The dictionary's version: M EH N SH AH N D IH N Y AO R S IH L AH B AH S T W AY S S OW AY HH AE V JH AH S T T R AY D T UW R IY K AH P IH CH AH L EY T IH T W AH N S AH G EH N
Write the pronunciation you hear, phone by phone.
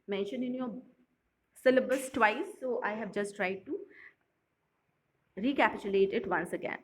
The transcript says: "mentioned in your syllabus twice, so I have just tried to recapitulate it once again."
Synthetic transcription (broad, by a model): M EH N SH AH N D IH N Y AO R S IH L AH B AH S T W AY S S OW AY HH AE V JH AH S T T R AY D T UW R IY K AH P IH CH AH L EY T IH T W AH N S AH G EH N